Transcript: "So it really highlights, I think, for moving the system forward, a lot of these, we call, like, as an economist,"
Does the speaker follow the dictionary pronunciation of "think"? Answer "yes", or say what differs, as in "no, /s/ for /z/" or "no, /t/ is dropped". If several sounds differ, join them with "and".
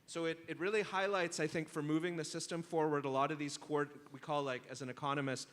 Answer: yes